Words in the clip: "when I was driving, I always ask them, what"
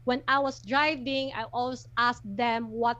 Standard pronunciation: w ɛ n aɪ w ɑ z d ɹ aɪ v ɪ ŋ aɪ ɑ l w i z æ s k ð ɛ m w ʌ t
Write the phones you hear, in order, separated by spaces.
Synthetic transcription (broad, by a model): w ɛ n aɪ w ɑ s d ɹ aɪ v ɪ ŋ aɪ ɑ l w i s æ s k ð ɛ m w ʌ t